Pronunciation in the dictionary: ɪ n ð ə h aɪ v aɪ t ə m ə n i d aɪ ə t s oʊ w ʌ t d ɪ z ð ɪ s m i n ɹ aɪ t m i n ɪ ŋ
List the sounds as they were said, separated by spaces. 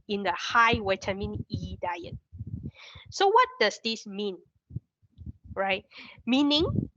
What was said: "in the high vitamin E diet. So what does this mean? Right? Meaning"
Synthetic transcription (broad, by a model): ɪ n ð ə h aɪ w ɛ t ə m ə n i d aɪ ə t s oʊ w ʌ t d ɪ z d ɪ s m i n ɹ aɪ t m i n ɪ ŋ